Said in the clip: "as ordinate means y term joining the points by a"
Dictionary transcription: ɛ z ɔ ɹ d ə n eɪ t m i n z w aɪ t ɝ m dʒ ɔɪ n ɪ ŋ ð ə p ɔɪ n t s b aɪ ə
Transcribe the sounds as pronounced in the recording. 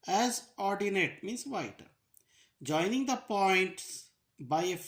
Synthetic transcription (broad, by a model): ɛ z ɔ ɹ d ə n eɪ t m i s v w aɪ t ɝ dʒ ɔɪ n ɪ ŋ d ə p ɔɪ n t s b aɪ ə